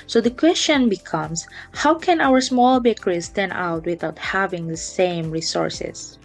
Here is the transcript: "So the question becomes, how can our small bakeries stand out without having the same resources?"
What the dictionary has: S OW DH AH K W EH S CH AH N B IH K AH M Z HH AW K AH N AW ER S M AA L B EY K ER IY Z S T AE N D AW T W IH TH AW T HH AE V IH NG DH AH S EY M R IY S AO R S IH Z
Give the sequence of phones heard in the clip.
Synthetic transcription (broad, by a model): S OW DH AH K W EH S CH AH N B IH K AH M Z HH AW K AH N AW ER S M AA L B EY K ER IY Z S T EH N AW T W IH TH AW T HH AE V IH NG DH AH S EY M R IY S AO R S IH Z